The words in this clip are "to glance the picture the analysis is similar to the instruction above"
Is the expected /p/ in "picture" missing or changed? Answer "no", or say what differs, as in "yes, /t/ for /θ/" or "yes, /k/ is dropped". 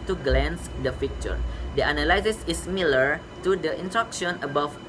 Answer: yes, /f/ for /p/